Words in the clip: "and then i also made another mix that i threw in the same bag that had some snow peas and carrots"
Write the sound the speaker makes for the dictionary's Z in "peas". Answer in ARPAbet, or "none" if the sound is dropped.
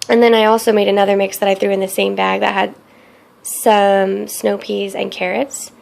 Z